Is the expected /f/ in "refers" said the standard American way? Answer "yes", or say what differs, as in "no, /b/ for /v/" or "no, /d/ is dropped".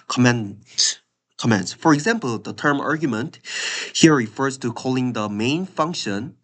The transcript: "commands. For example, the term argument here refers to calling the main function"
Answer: yes